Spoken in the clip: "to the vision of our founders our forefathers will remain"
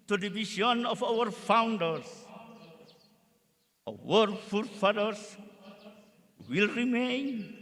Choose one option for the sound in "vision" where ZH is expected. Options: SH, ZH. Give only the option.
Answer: SH